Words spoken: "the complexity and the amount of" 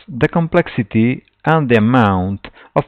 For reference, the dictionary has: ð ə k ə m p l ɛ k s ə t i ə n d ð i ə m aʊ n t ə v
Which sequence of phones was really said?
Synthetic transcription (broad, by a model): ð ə k ə m p l ɛ k s ə t i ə n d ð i ə m aʊ n t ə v